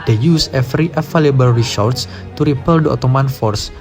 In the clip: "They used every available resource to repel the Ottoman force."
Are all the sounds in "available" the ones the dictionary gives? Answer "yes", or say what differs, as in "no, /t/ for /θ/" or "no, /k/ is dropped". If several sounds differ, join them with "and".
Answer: no, /f/ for /v/